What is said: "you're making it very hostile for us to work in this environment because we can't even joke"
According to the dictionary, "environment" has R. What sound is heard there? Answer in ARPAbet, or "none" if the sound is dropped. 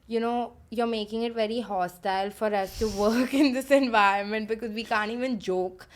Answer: R